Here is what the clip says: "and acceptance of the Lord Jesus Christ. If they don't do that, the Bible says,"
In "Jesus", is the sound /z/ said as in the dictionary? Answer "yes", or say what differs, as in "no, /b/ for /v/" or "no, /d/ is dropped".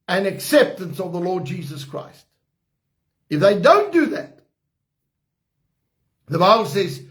yes